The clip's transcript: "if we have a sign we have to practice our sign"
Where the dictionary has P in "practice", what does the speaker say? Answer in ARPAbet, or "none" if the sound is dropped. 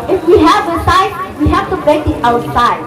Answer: B